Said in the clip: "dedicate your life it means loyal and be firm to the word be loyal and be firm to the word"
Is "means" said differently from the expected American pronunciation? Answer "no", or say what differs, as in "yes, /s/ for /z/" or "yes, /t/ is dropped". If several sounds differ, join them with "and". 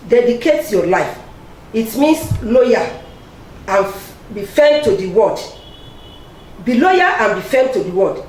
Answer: yes, /s/ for /z/